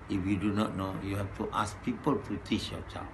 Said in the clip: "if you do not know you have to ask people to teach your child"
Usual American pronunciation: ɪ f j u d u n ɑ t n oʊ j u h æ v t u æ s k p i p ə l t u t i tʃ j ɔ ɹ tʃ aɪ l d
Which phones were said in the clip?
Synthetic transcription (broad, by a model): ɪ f j u d u n ɑ t n oʊ j u h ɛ f t u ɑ s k p i p ə l t u t i tʃ j ɔ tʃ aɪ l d